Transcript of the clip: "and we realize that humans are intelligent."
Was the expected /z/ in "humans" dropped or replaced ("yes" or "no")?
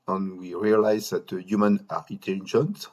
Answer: yes